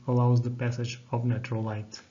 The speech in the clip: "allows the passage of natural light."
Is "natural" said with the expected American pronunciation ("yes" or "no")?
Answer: no